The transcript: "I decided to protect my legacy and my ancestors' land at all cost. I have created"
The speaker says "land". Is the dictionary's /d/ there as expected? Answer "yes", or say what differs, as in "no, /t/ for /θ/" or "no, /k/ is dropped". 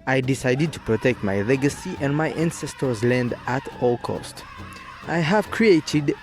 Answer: yes